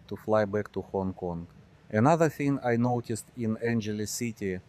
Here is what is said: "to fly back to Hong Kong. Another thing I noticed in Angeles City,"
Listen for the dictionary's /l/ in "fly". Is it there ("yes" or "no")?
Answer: yes